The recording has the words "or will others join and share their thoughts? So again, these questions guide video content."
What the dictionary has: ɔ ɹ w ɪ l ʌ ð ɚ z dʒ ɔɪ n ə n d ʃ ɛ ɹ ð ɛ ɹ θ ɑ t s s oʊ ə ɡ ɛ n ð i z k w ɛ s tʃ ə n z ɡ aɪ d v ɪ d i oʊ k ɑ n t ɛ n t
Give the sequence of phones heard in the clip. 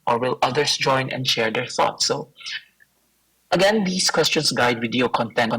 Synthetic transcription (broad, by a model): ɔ ɹ w ɪ l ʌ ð ɚ s dʒ ɔɪ n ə n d ʃ ɛ ɹ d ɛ ɹ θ ɑ t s s oʊ ə ɡ ɛ n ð i s k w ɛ s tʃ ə n s ɡ aɪ d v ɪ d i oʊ k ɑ n t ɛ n